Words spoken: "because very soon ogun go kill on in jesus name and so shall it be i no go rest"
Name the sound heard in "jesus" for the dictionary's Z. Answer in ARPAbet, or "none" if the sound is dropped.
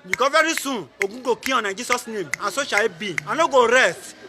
S